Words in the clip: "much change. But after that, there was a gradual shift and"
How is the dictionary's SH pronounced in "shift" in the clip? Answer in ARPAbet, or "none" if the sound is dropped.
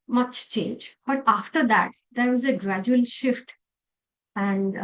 SH